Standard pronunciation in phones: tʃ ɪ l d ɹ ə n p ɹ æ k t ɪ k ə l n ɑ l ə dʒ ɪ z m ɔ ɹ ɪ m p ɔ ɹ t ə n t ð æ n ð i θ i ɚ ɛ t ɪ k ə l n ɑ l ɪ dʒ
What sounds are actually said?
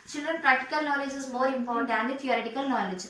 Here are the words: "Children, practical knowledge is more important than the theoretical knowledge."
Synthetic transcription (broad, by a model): tʃ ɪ l d ɹ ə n p ɹ æ k t ɪ k ə l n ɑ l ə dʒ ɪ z m ɔ ɹ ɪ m f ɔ ɹ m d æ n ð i t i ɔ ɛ t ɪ k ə l n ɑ l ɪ dʒ